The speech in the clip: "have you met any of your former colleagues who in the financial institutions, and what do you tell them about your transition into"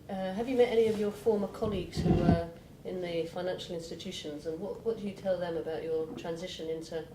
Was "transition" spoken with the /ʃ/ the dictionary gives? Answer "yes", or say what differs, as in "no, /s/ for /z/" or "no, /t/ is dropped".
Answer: yes